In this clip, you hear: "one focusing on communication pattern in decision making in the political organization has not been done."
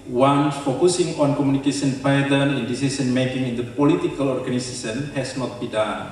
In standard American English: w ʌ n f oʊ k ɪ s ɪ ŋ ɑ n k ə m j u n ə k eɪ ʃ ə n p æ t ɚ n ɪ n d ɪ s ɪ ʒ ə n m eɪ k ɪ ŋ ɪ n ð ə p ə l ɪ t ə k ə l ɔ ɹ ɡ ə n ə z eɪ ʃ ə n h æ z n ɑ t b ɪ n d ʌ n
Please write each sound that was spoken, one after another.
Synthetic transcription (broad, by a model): w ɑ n f oʊ k ɪ s ɪ ŋ ɑ n k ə m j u n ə k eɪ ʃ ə n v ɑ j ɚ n ɪ n d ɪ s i s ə n m eɪ k ɪ ŋ ɪ n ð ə p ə l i t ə k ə l ɔ ɹ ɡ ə n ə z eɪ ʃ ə n h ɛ s n ɑ t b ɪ d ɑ n